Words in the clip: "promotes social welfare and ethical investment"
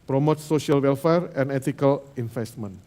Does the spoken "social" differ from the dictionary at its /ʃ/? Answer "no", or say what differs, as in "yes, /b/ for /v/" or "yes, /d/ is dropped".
yes, /ʃ/ is dropped